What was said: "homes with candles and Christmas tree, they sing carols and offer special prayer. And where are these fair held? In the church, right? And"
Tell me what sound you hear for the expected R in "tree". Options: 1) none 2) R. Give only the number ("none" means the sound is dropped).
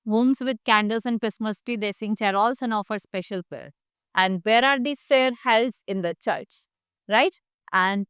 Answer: 1